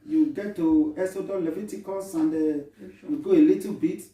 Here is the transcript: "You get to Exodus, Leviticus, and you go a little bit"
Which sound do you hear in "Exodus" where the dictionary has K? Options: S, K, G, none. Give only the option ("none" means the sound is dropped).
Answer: none